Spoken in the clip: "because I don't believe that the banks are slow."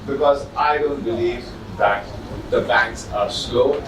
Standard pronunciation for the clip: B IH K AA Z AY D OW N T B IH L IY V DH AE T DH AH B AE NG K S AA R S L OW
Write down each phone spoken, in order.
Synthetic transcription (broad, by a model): B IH K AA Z AY D OW N T B IH L IY V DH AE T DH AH B AE NG K S AA R S L OW